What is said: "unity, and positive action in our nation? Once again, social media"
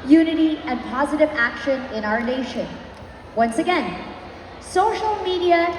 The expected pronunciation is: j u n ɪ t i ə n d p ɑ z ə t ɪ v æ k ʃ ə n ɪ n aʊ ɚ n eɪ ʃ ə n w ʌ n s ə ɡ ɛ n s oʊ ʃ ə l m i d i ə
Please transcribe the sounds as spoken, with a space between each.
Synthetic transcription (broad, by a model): j u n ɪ t i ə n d p ɑ z ə t ɪ v æ k ʃ ə n ɪ n aʊ ɚ n eɪ ʃ ə n w ʌ n s ə ɡ ɛ n s oʊ ʃ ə l m i d i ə